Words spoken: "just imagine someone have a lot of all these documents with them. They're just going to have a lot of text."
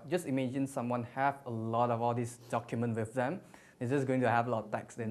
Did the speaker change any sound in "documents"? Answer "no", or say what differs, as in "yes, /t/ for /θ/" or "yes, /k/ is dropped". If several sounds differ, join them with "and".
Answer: yes, /s/ is dropped